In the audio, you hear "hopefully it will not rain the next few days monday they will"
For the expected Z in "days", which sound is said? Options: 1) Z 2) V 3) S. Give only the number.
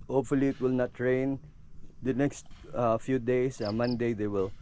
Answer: 3